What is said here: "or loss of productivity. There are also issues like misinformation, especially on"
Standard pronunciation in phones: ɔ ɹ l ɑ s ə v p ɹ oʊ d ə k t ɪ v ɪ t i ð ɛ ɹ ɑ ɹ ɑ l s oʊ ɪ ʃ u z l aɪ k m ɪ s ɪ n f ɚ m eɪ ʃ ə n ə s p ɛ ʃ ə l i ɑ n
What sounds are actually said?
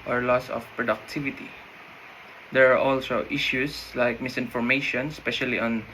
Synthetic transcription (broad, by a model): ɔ ɹ l ɑ s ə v p ɹ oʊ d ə k t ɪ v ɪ t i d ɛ ɹ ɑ ɹ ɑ l s oʊ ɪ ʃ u s l aɪ k m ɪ s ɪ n f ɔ m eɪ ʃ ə n s p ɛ ʃ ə l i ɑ n